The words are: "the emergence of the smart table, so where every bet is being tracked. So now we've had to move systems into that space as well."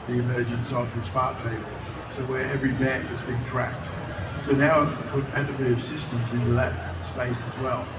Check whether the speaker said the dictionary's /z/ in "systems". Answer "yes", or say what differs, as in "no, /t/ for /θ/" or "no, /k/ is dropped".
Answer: yes